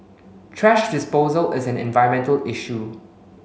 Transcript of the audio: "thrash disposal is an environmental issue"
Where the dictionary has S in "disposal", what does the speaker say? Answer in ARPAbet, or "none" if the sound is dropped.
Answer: S